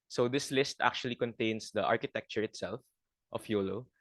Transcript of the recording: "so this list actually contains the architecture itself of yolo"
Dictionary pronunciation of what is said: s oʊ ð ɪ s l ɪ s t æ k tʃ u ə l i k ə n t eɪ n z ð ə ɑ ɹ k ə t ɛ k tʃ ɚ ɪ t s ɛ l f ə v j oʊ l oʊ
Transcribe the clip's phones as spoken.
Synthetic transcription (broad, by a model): s oʊ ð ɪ s l ɪ s t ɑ k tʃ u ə l i k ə n t eɪ n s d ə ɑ ɹ k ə t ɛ k tʃ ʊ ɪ t s ɛ l f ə f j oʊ l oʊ